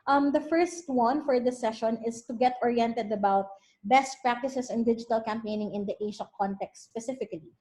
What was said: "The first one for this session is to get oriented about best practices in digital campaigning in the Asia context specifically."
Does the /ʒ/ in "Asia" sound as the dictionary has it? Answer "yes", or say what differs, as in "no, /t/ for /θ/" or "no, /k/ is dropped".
no, /ʃ/ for /ʒ/